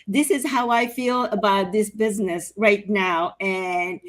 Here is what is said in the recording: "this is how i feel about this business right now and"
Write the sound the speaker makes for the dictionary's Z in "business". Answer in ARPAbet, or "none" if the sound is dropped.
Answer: Z